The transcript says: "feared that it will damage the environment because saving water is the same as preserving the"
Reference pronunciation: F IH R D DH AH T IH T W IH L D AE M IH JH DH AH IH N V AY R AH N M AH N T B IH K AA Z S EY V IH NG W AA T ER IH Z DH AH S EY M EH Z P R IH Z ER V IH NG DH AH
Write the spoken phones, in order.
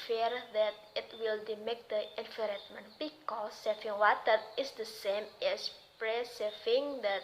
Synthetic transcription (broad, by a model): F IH R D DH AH T IH T W IH L D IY M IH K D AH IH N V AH R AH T M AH N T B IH K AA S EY F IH NG W AA T ER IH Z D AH S EY M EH S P R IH S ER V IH NG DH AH